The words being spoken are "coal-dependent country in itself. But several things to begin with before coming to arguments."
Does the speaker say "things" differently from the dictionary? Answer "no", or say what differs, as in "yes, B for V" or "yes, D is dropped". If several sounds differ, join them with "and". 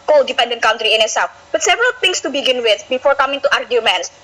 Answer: yes, T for TH and S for Z